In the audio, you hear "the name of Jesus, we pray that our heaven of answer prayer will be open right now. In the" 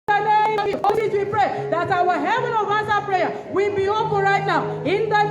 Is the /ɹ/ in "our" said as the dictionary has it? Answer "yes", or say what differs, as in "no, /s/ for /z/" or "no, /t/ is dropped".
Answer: no, /w/ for /ɹ/